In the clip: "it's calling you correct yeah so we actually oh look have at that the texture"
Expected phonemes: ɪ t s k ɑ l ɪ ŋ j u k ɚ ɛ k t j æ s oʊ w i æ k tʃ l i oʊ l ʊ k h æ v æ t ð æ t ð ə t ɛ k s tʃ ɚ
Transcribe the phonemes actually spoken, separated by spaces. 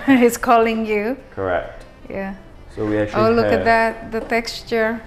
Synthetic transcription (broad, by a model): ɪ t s k ɑ l ɪ ŋ j u k ɚ ɛ k t j æ s oʊ w i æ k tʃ i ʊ l ʊ k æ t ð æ t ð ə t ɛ k s tʃ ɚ